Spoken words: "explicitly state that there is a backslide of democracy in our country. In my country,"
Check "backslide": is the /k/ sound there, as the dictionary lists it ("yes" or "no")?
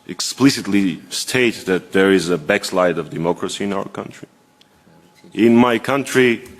yes